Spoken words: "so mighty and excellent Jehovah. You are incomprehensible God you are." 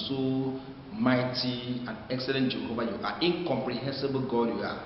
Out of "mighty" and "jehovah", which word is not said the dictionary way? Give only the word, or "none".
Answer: jehovah